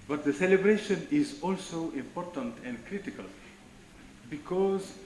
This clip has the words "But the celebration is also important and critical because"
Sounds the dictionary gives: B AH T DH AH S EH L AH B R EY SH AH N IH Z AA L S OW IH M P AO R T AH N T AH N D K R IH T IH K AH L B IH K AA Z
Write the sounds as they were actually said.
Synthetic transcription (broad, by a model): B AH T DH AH S EH L AH B R EY SH AH N IH Z AA L S OW IH M P AO R T AH N T AH N D K R IH T IH K AH L B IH K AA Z